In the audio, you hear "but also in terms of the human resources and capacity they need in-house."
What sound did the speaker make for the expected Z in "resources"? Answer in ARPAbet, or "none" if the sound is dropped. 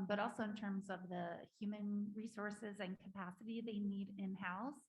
Z